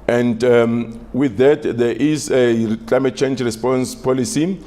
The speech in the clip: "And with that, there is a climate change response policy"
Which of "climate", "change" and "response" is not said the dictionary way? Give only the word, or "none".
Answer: none